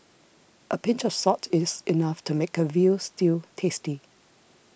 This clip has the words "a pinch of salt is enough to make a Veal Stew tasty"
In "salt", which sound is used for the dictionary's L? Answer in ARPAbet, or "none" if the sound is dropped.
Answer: none